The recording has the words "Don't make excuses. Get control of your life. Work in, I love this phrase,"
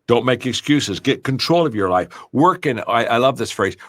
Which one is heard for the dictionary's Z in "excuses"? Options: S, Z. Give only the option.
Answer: Z